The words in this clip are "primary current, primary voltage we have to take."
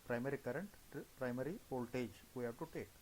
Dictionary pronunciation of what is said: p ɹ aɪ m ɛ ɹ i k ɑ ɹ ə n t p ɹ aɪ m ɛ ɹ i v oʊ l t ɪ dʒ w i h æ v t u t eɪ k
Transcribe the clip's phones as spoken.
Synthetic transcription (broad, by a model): p ɹ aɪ m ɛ ɹ i k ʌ ɹ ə n t p ɹ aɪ m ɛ ɹ i p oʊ l t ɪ dʒ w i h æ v t u t eɪ k